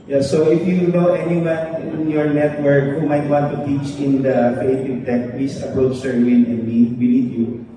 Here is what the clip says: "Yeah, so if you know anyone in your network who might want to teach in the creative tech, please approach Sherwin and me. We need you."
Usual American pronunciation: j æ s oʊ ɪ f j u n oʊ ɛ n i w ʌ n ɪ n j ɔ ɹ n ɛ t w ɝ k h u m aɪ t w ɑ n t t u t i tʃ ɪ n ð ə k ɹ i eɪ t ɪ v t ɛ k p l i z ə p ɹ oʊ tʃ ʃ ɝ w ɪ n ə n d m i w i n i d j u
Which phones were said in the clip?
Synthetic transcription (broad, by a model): j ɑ s oʊ ɪ f j u n oʊ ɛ n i w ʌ n ɪ n j ɔ ɹ n ɛ t w ɝ k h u m aɪ t w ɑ n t t u t i tʃ ɪ n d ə k ɹ i eɪ t ɪ v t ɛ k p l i s ə p ɹ oʊ tʃ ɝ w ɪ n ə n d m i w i l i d j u